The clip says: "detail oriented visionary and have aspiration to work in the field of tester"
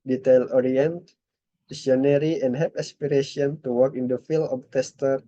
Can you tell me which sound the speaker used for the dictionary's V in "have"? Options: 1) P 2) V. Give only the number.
1